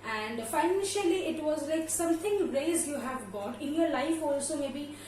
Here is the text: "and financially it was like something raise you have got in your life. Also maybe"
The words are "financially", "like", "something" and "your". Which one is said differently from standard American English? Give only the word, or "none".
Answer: something